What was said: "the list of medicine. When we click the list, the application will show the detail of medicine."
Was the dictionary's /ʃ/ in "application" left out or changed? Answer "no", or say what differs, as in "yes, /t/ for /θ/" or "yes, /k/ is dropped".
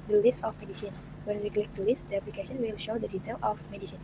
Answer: yes, /s/ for /ʃ/